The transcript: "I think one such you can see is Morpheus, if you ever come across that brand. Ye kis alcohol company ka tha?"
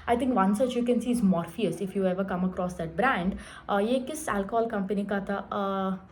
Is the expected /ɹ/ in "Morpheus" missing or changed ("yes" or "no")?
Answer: no